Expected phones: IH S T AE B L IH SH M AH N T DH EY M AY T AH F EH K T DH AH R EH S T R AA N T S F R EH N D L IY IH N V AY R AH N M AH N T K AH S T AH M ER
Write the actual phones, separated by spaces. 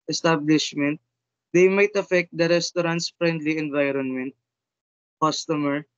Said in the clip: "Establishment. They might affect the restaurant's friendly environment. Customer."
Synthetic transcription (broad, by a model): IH S T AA B L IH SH M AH N T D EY M AY T AH F EH K T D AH R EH S T R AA N T S F R EH N D L IY IH N V AY R AH N M AH N T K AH S T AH M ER